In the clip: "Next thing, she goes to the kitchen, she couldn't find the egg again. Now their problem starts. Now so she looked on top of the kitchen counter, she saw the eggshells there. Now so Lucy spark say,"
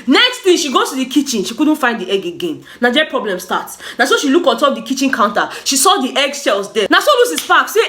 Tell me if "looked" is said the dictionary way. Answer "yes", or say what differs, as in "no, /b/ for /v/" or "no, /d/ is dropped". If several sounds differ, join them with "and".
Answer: no, /t/ is dropped